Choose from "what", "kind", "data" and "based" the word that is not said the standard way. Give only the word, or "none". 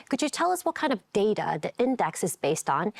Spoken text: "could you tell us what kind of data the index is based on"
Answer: none